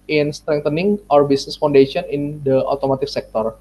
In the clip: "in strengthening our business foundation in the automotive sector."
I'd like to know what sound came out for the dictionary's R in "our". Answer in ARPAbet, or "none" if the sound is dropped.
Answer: R